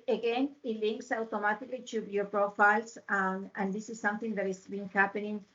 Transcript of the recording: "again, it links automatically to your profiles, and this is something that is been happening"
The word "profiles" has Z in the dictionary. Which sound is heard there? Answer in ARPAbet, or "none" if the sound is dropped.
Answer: S